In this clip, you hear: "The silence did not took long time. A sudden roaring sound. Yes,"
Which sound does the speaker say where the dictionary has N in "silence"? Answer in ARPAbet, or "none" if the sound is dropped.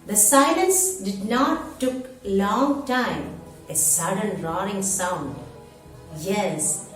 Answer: N